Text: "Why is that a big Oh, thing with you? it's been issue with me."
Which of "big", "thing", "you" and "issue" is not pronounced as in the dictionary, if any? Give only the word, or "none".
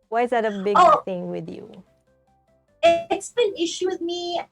big